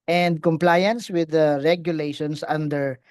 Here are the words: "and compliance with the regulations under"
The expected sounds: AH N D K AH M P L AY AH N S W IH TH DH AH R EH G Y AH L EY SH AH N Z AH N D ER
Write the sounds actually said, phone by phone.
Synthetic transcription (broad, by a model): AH N D K AH M P L AY AH N S W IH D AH R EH G Y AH L EY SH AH N S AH N D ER